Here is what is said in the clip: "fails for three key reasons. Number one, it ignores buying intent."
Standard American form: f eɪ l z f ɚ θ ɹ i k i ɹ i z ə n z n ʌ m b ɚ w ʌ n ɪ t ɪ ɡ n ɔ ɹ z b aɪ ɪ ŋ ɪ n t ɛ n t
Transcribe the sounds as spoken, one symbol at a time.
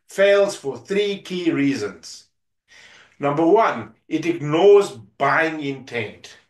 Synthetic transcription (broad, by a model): f eɪ l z f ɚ θ ɹ i k i ɹ i z ə n z n ʌ m b ɚ w ʌ n ɪ t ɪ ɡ n ɔ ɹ z b aɪ ɪ ŋ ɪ n t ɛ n t